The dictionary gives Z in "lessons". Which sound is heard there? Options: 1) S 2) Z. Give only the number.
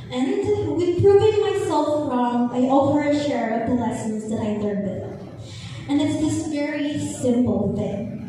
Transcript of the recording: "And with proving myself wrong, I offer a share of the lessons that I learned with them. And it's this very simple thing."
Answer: 2